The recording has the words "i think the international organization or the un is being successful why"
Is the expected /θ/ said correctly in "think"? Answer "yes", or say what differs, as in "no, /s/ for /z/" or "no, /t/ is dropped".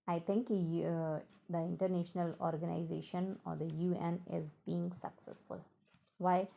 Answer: no, /t/ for /θ/